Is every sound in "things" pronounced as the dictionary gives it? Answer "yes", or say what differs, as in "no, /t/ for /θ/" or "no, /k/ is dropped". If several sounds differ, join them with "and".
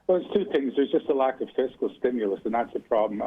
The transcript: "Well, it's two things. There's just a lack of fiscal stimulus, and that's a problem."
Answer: yes